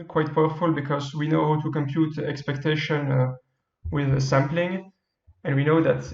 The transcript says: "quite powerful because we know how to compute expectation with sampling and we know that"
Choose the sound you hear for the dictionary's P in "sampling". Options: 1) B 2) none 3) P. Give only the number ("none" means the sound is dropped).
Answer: 3